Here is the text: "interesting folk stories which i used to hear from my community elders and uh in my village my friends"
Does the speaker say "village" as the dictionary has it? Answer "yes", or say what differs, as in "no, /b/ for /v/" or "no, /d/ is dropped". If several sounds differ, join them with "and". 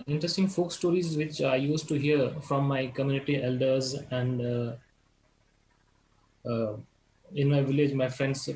yes